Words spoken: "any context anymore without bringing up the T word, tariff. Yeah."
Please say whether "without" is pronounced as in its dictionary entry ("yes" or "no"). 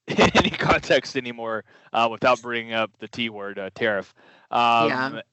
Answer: yes